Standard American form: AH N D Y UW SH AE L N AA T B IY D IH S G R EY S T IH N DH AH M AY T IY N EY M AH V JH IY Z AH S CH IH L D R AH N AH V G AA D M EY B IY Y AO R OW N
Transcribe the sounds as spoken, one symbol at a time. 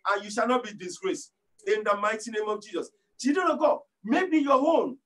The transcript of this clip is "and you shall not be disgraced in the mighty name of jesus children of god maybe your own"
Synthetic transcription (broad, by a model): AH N Y UW SH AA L N AA T B IY D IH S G R EY S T IH N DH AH M AY T IY N EY M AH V JH IY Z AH S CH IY D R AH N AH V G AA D M EY B IY Y AO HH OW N